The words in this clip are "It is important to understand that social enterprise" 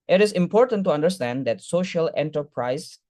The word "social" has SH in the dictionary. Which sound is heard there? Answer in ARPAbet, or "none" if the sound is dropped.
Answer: SH